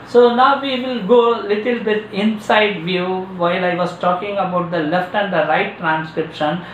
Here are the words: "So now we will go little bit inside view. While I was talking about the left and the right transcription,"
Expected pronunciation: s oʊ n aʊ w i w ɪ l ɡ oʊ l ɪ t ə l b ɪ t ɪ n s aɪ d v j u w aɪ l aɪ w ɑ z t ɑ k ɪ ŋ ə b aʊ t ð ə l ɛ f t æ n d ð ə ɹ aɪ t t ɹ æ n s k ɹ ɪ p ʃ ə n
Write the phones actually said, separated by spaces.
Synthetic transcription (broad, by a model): s oʊ n aʊ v i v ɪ l ɡ oʊ l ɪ t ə l b ɪ t ɪ n s aɪ d v j u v aɪ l aɪ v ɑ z t ɑ k ɪ ŋ ə b aʊ t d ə l ɛ f t æ n d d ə ɹ aɪ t t ɹ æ n s k ɹ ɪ p ʃ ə n